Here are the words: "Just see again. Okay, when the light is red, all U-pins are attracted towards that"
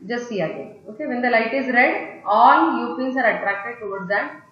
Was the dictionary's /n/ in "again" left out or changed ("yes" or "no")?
yes